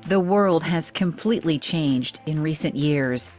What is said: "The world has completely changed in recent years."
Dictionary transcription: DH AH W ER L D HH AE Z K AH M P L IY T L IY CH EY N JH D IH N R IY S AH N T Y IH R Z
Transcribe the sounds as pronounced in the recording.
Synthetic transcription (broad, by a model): DH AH W ER L D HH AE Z K AH M P L IY T L IY CH EY N JH D IH N R IY S AH N T Y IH R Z